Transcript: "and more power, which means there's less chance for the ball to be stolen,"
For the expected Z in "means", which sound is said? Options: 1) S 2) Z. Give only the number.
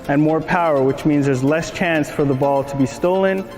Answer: 2